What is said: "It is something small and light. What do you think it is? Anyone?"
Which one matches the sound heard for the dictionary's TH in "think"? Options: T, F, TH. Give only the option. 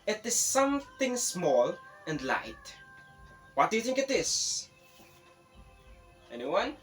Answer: TH